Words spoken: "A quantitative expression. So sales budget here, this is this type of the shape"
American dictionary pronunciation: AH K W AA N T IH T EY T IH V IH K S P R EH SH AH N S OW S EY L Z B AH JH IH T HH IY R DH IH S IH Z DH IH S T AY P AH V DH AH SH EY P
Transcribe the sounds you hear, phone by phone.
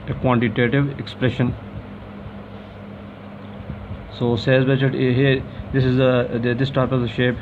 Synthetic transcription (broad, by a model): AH K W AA N T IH T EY T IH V IH K S P R EH SH AH N S OW S EY Z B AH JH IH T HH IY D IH S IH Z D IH S T AY P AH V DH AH SH EY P